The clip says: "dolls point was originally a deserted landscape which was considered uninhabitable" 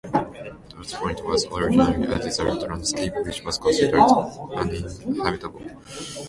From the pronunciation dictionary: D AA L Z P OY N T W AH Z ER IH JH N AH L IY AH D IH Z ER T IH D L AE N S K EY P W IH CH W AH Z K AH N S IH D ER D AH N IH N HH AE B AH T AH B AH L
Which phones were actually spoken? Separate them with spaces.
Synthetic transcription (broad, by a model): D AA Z P OY N T W AH Z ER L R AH N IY AH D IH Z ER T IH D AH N S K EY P W IH CH W AH Z K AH N S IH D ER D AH N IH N HH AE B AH T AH B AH L